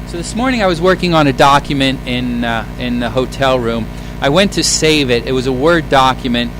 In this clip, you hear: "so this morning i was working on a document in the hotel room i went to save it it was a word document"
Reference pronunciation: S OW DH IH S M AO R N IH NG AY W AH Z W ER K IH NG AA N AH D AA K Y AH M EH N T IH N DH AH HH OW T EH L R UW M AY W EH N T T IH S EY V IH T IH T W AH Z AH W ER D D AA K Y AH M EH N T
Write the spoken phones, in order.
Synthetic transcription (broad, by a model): S OW DH IH S M AO R N IH NG AY W AH Z W ER K IH NG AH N AH D AA K Y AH M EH N T IH N DH AH HH OW T EH L R UW M AY W EH N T T IH S EY V IH T IH T W AH Z AH W ER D D AA K Y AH M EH N T